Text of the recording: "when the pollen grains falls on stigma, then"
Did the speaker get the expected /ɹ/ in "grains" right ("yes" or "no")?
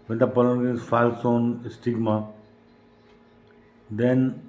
no